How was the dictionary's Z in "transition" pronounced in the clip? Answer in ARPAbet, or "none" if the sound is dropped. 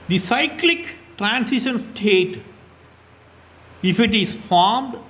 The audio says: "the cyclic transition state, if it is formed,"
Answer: S